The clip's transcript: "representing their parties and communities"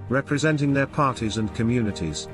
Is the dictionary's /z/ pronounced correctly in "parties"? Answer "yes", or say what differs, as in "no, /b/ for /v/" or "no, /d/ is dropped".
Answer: yes